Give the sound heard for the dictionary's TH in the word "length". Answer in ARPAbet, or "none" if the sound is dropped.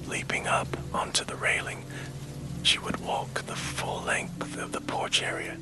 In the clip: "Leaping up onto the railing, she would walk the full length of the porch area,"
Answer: TH